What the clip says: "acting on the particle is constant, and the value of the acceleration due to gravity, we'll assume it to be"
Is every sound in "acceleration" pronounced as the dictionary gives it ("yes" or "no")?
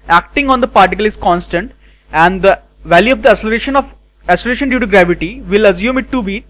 no